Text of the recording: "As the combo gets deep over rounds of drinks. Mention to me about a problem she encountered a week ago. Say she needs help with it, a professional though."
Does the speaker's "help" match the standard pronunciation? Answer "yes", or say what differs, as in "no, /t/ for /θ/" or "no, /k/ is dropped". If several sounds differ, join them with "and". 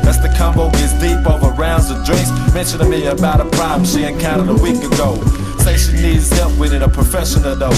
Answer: no, /l/ is dropped